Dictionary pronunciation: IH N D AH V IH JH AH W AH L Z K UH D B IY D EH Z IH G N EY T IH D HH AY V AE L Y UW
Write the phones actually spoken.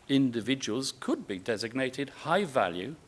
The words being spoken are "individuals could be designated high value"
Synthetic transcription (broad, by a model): IH N D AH V IH JH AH W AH L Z K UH D B IY D EH Z IH G N EY T IH D HH AY V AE L Y UW